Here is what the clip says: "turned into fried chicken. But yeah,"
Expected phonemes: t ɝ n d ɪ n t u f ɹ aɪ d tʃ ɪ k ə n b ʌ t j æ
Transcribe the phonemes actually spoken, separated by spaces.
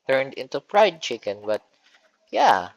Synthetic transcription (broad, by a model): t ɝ n d ɪ n t u p ɹ aɪ d tʃ ɪ k ə n b ʌ t j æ